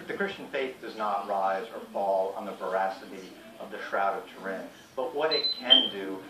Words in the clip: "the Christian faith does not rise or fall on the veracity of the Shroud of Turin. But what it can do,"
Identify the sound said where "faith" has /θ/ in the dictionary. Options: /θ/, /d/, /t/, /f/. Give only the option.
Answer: /θ/